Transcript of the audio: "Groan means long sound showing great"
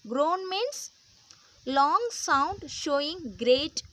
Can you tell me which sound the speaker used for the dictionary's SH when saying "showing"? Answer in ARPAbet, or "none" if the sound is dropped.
SH